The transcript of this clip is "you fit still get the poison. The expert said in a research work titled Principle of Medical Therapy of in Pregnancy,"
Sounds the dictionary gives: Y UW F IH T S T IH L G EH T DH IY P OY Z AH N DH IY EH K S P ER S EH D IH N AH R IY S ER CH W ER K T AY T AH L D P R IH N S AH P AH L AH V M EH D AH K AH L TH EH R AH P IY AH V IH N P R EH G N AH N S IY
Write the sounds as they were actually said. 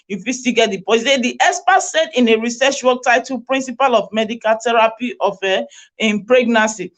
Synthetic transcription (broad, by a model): Y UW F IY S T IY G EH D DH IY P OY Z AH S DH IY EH S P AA S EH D IH N AH R IY S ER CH W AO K T AY T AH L P R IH N S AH P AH L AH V M EH D AH K AH L T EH R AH P IY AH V IH N P R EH G N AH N S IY